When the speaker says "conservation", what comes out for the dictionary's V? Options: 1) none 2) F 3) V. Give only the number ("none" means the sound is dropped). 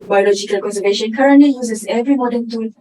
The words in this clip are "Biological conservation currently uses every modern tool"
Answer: 3